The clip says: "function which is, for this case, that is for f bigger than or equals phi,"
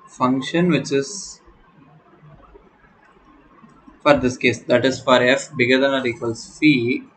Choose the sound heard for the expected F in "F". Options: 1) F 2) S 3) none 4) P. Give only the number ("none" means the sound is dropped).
1